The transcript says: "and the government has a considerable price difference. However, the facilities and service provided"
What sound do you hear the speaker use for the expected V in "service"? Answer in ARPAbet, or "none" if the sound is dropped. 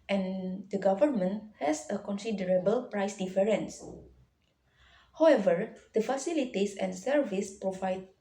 V